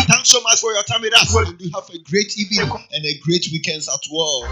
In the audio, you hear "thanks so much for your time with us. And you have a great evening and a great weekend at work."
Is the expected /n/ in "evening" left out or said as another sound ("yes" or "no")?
yes